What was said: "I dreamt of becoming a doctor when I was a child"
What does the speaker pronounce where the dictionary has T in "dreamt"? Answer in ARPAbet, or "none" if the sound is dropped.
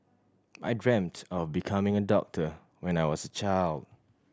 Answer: T